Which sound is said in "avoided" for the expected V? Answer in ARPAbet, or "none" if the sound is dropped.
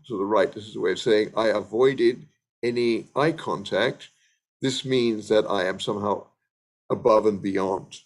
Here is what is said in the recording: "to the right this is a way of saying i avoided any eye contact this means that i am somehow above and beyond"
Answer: V